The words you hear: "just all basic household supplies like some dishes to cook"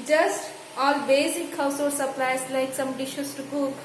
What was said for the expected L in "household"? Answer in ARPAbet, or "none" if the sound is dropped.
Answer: none